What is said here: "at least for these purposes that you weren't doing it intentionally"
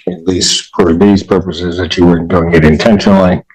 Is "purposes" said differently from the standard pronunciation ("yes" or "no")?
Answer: no